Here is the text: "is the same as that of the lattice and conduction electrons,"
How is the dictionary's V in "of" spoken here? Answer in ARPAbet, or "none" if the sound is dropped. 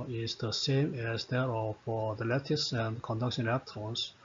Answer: F